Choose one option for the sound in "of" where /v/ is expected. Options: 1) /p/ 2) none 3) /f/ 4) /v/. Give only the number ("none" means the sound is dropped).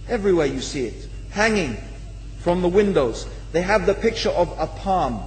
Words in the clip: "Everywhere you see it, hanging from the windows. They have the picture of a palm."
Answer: 4